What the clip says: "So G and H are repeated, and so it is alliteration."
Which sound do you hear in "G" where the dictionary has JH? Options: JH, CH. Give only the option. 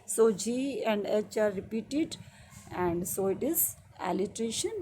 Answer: JH